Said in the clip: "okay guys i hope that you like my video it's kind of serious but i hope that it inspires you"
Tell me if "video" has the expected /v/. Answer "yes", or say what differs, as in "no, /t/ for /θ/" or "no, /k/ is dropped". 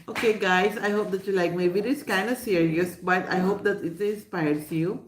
no, /b/ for /v/